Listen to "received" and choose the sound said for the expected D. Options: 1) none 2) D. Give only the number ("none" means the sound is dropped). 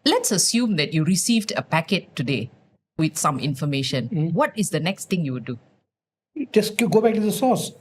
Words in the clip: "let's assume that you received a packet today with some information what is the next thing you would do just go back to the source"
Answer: 2